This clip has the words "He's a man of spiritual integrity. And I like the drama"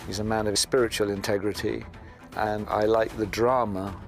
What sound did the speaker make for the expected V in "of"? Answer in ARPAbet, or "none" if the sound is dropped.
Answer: V